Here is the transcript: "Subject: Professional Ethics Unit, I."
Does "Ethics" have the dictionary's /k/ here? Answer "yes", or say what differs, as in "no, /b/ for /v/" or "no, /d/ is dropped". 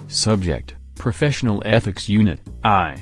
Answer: yes